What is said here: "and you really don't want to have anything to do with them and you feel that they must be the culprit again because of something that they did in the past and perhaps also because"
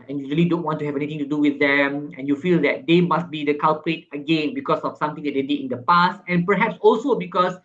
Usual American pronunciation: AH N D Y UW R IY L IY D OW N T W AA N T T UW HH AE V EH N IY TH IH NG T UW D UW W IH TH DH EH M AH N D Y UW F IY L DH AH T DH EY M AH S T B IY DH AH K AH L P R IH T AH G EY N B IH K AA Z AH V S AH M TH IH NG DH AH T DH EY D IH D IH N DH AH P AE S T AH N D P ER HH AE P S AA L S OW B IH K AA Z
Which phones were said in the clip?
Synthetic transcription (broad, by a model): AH N Y UW R IY L IY D OW N T W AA N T T UW HH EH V EH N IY T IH NG T UW D UW W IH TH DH EH M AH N Y UW F IY L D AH T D EY M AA S T B IY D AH K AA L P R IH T AH G EY N B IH K AA S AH F S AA M T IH NG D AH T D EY D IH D IH N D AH P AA S T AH N P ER HH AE P S AA L S OW B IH K AA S